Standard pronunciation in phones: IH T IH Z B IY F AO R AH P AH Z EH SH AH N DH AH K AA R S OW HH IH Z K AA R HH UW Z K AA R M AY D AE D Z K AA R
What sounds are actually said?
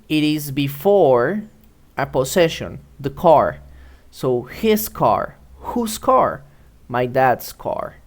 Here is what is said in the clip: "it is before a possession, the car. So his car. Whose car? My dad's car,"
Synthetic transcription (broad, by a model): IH T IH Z B IY F AO R AH P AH S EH SH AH N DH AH K AA R S OW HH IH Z K AA R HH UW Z K AA R M AY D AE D S K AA R